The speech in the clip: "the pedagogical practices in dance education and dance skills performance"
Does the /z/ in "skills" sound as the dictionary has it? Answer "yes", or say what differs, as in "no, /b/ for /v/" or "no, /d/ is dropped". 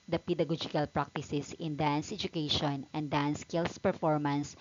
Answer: no, /s/ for /z/